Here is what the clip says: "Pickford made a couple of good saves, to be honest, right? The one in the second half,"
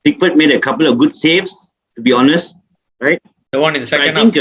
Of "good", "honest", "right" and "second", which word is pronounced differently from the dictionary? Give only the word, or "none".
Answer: second